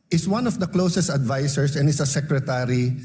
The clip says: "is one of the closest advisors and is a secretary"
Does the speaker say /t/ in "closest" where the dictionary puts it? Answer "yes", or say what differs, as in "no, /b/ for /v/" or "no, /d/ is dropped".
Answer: yes